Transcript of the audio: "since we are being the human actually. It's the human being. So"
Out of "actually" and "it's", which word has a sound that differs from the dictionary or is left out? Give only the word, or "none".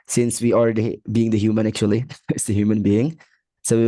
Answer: none